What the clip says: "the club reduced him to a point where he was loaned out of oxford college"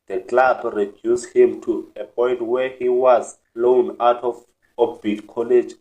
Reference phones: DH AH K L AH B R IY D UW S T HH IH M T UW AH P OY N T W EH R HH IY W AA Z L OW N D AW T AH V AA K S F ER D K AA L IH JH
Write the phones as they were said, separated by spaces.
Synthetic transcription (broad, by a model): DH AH K L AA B R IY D UW S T HH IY M T UW AH P OY N T W EH HH IY W AA Z L OW N AW T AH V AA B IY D K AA L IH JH